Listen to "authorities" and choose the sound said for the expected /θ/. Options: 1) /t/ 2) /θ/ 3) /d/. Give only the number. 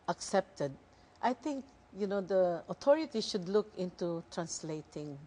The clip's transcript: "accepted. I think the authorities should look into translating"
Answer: 1